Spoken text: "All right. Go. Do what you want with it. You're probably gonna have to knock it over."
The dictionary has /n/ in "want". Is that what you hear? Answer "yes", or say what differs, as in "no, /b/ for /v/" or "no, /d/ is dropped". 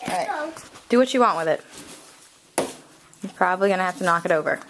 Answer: yes